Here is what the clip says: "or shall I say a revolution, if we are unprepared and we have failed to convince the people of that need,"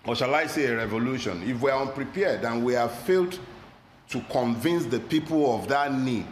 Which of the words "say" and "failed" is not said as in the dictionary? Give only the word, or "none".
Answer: none